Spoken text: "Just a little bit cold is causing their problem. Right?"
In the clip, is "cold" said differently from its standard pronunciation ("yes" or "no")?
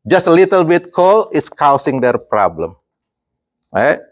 yes